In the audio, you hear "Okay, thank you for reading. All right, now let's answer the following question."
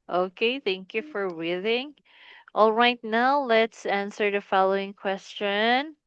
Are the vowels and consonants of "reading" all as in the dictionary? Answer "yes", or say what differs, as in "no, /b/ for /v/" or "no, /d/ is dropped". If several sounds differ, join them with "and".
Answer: no, /w/ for /ɹ/